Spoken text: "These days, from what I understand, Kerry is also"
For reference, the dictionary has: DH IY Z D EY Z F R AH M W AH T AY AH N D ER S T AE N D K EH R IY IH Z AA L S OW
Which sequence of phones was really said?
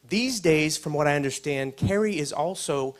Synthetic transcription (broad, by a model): DH IY Z D EY Z F R AH M W AH T AY AH N D ER S T AE N D K EH R IY IH Z AA L S OW